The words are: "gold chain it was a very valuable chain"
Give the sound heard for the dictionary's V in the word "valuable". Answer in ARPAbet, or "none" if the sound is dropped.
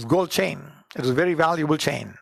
V